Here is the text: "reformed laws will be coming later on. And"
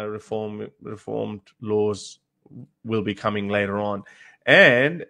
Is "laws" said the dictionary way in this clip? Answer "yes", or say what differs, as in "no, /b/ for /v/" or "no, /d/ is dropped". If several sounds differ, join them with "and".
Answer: yes